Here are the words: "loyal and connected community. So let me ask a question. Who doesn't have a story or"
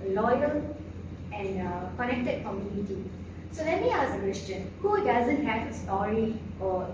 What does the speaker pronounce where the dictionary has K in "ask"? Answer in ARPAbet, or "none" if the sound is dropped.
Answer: none